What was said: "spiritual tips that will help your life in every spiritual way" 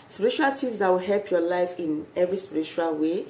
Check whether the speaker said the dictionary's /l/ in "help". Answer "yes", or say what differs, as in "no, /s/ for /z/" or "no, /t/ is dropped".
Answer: yes